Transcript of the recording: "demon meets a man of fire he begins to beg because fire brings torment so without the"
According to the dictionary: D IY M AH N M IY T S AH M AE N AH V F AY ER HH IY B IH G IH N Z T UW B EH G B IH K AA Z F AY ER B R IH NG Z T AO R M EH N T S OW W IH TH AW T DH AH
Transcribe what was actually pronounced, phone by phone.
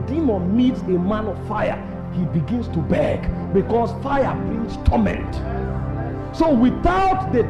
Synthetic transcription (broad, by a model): D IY M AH N M IY T S AH M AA N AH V F AY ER HH IY B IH G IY N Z T UW B EH G B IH K AA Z F AY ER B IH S T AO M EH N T S OW W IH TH AW T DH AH